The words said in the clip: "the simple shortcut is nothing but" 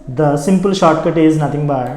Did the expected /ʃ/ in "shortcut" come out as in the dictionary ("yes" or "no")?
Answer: yes